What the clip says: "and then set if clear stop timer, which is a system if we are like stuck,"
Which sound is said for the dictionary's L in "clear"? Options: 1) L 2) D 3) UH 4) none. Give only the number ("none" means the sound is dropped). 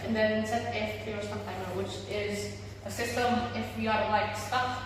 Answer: 4